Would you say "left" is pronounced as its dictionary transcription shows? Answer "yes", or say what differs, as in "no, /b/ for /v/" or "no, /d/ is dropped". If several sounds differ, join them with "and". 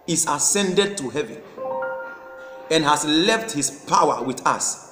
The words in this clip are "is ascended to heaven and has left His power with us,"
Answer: yes